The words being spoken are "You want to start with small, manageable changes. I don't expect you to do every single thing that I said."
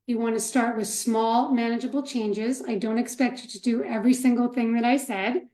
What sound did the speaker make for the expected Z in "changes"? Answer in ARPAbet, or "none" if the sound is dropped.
Z